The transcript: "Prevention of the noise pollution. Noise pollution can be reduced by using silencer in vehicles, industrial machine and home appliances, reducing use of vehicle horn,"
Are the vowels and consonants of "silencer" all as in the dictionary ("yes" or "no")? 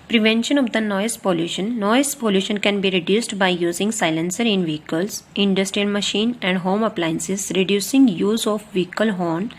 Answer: yes